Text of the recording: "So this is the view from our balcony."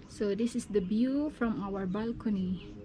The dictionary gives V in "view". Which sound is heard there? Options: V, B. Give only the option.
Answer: B